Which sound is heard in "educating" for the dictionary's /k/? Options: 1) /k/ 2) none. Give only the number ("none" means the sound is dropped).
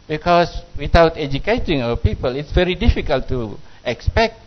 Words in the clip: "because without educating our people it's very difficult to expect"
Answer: 1